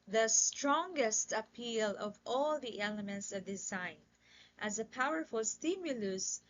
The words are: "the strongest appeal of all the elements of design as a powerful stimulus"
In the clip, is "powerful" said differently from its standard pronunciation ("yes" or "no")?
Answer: no